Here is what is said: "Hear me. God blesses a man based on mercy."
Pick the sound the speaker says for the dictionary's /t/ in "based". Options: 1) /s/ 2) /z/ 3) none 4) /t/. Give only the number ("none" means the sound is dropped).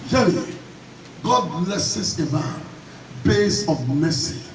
3